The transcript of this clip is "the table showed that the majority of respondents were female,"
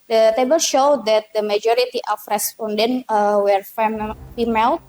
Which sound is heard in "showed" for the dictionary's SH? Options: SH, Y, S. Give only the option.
SH